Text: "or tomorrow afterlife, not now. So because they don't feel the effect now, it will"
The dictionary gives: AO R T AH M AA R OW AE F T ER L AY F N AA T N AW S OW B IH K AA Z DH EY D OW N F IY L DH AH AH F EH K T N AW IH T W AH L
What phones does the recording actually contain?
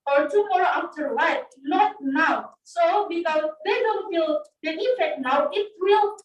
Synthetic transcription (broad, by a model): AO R T AH M AA R OW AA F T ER W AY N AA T N AW S OW B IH K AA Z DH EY D OW N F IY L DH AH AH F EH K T N AW IH T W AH L